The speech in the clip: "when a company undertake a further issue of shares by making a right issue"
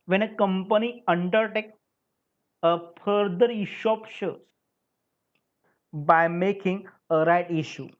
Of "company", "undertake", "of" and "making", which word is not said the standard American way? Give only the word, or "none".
of